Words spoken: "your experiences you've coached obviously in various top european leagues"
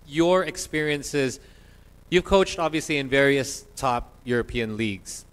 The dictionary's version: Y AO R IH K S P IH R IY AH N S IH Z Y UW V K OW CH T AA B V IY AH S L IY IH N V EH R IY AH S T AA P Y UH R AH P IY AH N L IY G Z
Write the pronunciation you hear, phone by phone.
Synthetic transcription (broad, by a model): Y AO R IH K S P IH R IY AH N S IH Z Y UW V K OW CH T AA B V IY AH S L IY IH N V EH R IY AH S T AA P Y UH R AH P IY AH N L IY G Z